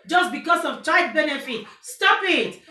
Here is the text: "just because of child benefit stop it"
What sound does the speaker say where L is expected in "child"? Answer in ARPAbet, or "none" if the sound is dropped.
none